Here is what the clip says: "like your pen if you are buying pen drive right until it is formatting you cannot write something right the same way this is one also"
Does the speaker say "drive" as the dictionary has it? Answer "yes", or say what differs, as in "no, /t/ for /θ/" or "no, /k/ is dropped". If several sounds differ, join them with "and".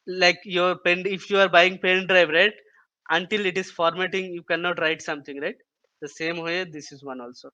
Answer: yes